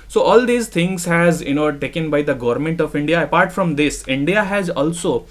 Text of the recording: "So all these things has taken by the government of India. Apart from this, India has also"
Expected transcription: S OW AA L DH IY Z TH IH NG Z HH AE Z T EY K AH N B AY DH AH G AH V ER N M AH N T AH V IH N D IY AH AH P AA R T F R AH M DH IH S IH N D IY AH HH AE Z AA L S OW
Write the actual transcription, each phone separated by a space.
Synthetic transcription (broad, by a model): S OW AA L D IY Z T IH NG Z HH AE Z T EY K AH N B AY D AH G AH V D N M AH N T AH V IH N D IY AH AH P AA R T F R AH M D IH S IH N D IY AH HH AE Z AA L S OW